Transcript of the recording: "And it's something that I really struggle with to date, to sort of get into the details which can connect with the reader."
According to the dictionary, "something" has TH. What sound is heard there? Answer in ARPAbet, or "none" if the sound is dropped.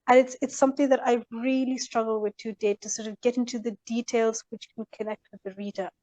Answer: TH